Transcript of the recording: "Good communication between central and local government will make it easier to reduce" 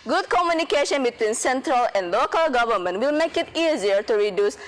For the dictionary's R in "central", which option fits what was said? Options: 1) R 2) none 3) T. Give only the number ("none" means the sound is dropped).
1